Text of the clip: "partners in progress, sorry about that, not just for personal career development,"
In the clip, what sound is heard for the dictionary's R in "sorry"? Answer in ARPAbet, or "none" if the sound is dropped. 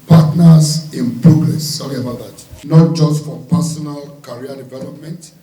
L